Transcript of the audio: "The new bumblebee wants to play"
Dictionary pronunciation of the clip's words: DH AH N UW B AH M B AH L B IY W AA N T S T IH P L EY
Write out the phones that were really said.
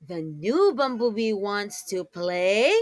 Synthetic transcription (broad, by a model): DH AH N UW B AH M B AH B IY W AA N T S T IH P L EY